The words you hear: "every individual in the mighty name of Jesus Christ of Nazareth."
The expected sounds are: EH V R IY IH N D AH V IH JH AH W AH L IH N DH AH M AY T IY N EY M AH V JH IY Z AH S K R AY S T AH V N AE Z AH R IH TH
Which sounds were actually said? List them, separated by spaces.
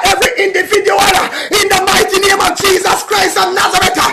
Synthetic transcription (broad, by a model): EH V R IY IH N D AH V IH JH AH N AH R IH N DH AH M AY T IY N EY M AH V JH IY Z AH S K R AY S T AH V N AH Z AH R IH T